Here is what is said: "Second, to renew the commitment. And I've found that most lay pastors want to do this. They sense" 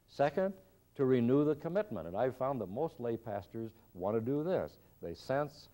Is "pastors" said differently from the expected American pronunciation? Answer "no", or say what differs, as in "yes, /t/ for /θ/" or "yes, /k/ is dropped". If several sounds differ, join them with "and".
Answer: no